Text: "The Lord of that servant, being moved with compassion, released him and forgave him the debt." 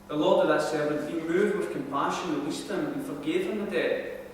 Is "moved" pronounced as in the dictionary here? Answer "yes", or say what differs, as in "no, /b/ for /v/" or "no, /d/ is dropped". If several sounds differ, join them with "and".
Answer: no, /v/ is dropped